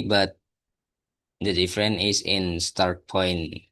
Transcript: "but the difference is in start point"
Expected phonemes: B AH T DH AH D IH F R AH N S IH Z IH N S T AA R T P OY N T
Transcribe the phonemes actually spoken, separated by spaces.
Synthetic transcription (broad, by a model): B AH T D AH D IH F R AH N IH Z IH N S T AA R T P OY N